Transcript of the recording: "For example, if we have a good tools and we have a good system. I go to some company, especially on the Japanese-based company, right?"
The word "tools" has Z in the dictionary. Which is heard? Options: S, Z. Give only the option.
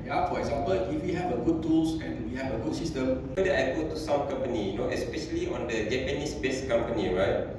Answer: S